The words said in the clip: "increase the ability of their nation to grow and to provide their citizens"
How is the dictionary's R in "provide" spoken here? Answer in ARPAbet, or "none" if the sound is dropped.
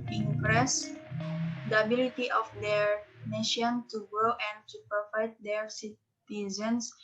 none